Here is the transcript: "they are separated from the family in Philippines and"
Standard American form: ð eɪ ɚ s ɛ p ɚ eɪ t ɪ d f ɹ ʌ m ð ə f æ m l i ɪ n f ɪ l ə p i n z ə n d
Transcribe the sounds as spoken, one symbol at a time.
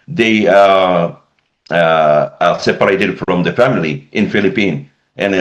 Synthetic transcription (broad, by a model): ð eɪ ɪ s ɛ p ɚ eɪ t ɪ d f ɹ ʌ m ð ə f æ m l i ɪ n f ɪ l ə p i n ə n